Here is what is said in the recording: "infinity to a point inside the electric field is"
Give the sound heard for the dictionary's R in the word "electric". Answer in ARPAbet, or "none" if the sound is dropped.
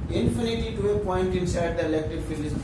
none